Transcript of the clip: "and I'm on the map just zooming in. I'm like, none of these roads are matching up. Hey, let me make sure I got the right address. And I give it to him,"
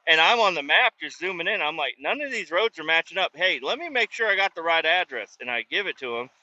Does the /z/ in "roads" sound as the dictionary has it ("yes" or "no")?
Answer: yes